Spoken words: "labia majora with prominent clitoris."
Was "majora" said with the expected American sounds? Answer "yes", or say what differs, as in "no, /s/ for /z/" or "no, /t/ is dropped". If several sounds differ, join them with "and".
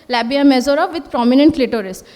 no, /z/ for /dʒ/